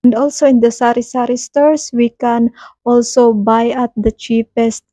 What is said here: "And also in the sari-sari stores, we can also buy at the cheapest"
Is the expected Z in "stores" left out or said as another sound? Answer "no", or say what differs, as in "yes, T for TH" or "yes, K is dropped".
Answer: yes, S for Z